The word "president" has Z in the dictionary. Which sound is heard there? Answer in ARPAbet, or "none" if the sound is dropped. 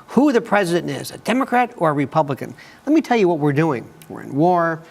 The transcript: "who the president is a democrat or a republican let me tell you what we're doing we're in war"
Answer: Z